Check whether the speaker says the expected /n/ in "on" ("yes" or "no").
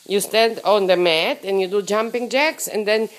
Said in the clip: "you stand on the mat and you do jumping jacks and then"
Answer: yes